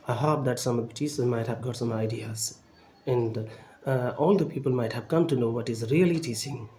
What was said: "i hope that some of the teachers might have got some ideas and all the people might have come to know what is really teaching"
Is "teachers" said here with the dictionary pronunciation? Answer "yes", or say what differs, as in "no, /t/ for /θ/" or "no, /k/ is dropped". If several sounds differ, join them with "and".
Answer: no, /s/ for /tʃ/